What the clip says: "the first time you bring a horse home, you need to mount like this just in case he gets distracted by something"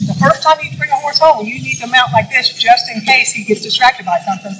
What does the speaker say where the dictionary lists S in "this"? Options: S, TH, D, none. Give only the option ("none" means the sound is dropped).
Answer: S